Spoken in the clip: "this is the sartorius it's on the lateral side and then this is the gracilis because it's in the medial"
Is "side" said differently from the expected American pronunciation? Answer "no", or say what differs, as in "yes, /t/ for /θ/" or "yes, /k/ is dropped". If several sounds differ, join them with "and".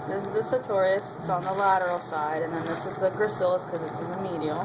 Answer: no